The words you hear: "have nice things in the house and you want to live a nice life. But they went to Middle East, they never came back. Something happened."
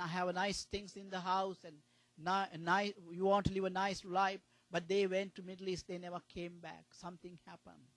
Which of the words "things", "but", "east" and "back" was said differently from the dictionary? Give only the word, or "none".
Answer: things